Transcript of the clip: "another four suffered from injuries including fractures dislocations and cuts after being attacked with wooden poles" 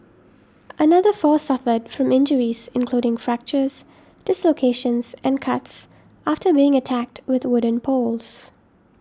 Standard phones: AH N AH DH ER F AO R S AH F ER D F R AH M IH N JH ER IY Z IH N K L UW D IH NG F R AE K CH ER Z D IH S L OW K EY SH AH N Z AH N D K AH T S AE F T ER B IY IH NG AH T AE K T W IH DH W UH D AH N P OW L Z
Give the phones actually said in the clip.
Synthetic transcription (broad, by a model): AH N AH DH ER F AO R S AH F ER D F R AH M IH N JH ER IY Z IH N K L UW D IH NG F R AE K CH ER Z D IH S L OW K EY SH AH N Z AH N K AH T S AE F T ER B IY IH NG AH T AE K T W IH DH W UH D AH N P OW L Z